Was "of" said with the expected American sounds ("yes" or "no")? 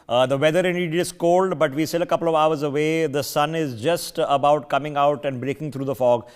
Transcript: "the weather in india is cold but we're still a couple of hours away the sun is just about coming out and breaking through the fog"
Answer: yes